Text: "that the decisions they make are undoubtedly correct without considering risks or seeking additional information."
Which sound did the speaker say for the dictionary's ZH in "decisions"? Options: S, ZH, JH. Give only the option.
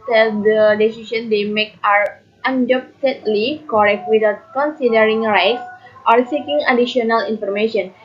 S